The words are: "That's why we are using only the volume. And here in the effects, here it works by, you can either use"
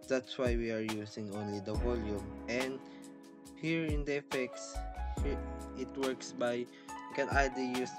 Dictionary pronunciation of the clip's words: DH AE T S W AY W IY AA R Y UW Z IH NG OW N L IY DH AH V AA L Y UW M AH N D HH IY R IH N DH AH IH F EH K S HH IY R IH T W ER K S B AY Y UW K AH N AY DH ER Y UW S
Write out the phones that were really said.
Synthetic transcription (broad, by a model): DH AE T S W AY W IY AA R Y UW S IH NG OW N L IY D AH V AA L Y UW M AH N D HH IY R IH N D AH IH F EH K S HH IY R IH T W ER K S B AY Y K AH N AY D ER Y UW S